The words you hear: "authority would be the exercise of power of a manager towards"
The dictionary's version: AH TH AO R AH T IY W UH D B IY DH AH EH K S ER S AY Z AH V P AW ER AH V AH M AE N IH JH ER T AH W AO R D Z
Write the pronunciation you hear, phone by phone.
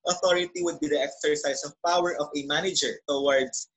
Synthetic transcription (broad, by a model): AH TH AO R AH T IY W UH D B IY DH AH EH K S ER S AY S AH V P AW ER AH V AH M AE N IH JH ER T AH W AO R D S